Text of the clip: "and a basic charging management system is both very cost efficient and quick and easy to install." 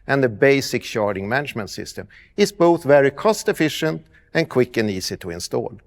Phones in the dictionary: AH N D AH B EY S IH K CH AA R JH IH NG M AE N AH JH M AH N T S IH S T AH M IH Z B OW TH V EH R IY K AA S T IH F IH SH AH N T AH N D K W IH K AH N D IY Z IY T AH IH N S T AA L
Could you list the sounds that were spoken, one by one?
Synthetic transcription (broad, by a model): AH N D AH B EY S IH K SH AA R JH IH NG M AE N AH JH M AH N T S IH S T AH M IH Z B OW TH V EH R IY K AA S T IH F IH SH AH N T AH N K W IH K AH N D IY S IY T AH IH N S T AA L